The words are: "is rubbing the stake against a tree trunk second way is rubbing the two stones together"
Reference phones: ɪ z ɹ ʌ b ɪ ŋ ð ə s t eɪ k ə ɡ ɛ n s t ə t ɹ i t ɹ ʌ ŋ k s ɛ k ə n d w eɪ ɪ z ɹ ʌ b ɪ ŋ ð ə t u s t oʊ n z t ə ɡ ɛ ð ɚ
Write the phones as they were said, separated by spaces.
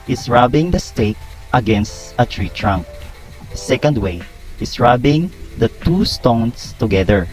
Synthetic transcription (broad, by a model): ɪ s ɹ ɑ b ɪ ŋ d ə s t eɪ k ə ɡ ɛ n s t ə t ɹ i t ɹ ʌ ŋ k s ɛ k ə n d w eɪ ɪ s ɹ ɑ b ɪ ŋ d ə t u s t oʊ n s t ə ɡ ɛ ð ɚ